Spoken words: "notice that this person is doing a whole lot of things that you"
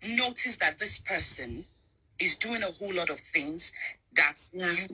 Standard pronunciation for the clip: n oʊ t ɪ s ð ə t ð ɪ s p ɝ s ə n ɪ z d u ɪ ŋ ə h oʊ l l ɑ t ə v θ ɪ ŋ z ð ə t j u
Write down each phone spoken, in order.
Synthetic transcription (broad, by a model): n oʊ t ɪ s ð ə t ð ɪ s p ɝ s ə n ɪ z d u ɪ ŋ ə h oʊ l l ɑ t ə v θ ɪ ŋ z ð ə t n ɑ